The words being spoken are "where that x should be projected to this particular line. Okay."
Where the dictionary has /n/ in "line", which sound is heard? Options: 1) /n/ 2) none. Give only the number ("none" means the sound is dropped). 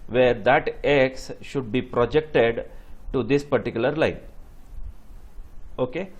1